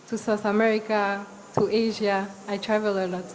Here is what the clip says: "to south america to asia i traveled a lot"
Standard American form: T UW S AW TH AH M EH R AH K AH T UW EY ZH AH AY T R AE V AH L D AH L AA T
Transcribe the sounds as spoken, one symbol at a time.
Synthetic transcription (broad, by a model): T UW S AW TH AH M EH R AH K AH T UW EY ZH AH AY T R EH V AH L AH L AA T